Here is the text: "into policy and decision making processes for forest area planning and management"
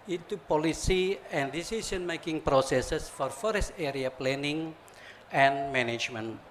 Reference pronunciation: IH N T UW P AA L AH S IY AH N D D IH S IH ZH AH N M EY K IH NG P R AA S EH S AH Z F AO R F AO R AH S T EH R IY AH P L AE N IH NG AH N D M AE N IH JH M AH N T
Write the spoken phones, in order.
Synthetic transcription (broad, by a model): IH N T UW P AA L AH S IY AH N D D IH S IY S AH N M EY K IH NG P R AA S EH S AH S F AO R F AO R AH S T EH R IY AH P L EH N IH NG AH N M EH N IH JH M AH N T